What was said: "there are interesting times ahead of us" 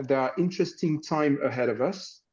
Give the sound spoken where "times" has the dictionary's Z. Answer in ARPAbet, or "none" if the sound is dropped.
none